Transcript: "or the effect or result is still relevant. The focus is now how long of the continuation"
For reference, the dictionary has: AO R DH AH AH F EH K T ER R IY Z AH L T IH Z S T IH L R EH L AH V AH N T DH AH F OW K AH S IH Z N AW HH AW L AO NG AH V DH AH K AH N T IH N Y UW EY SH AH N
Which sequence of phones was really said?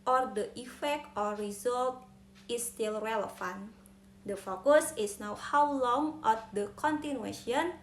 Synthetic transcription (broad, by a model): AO R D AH AH F EH K T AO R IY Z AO L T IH S T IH L R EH L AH F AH N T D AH F OW K AH S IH S N AW HH AW L AO NG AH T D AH K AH N T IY N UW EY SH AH N